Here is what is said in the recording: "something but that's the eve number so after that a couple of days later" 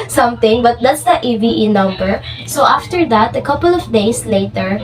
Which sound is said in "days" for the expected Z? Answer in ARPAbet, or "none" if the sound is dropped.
S